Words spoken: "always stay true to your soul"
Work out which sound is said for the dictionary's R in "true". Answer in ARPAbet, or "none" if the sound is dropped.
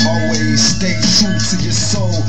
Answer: none